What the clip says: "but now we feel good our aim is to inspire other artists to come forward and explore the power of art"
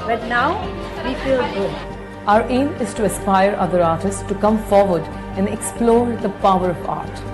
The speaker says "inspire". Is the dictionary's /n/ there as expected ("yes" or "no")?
no